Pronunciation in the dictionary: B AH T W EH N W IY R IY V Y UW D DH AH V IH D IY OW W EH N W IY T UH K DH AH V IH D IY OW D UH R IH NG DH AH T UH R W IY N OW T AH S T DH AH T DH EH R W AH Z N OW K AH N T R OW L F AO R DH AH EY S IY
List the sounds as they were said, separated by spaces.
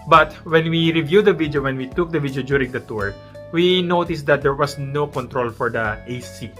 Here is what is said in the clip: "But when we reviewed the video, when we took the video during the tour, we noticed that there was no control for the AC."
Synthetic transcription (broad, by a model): B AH T W EH N W IY R IY V Y UW D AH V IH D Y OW W EH N W IY T UH K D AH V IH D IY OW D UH R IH NG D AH T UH R W IY N OW T AH S T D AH T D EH R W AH S N OW K AH N T R OW L F AO R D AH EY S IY